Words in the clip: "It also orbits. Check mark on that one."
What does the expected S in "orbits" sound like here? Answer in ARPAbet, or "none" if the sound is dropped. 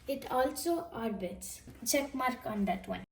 S